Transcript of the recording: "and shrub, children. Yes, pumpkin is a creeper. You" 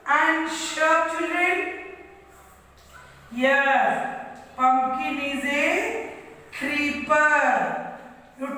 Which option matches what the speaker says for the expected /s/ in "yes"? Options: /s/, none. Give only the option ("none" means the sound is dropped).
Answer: none